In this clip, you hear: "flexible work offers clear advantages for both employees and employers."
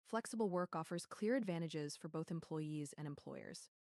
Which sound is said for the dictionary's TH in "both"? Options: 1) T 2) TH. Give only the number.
2